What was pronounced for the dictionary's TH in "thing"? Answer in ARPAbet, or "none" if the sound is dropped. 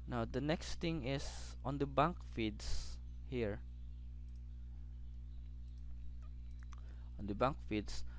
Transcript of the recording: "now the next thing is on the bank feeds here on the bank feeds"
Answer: T